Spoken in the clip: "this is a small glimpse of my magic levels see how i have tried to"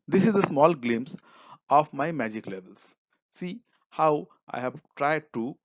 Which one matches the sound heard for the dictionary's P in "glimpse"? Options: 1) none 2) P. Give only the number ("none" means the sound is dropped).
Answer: 1